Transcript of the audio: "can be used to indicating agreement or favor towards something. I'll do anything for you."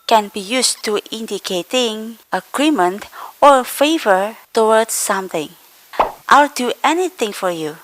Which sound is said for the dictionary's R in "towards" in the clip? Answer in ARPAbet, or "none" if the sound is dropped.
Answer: W